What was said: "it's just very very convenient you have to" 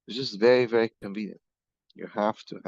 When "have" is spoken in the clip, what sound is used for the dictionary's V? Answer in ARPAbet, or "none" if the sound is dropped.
F